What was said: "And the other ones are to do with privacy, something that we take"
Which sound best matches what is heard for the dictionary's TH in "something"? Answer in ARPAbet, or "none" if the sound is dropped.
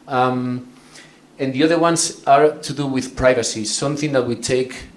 TH